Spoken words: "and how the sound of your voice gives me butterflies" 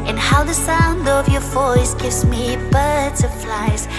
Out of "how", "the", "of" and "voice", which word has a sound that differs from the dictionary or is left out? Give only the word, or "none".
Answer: none